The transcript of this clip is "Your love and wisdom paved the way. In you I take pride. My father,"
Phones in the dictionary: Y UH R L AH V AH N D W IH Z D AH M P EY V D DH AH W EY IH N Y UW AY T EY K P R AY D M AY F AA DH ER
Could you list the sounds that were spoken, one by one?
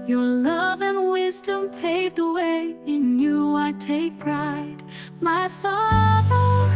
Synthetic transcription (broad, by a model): Y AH R L AH V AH N W IH Z D AH M P EY V DH AH W EY IH N Y UW AY T EY K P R AY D M AY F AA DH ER